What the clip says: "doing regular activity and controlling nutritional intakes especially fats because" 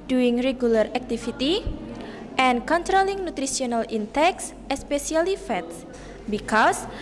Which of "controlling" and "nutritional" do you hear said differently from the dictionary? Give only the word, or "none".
nutritional